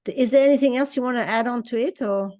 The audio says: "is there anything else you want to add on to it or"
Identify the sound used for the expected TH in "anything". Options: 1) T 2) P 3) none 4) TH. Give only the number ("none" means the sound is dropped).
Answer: 4